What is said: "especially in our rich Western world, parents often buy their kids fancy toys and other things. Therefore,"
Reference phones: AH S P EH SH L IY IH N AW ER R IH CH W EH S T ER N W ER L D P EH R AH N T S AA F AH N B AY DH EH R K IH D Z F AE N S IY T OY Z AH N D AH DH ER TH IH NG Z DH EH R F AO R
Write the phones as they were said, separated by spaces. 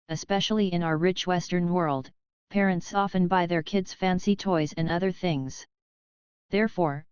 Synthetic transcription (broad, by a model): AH S P EH SH L IY IH N AW ER R IH CH W EH S T ER N W ER L D P EH R AH N T S AA F AH N B AY DH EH R K IH D Z F AE N S IY T OY Z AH N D AH DH ER TH IH NG Z DH EH R F AO R